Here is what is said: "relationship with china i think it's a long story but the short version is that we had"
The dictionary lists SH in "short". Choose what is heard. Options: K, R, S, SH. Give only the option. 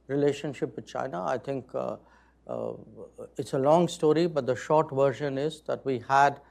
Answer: SH